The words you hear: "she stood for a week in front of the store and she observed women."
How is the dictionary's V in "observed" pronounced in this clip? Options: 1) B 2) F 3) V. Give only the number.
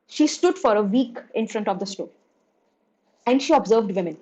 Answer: 3